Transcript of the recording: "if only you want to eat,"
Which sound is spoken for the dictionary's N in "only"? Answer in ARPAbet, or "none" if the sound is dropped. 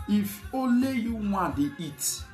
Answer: none